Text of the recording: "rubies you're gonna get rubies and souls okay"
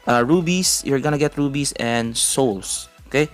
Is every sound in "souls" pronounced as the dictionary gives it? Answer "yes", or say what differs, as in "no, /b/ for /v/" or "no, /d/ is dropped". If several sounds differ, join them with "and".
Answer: no, /s/ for /z/